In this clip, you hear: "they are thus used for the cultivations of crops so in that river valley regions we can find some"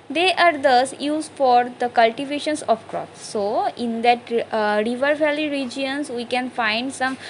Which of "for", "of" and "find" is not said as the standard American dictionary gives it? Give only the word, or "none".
of